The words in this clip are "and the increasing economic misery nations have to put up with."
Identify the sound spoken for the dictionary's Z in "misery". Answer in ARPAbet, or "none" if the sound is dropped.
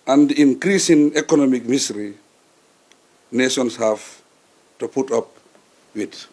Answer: S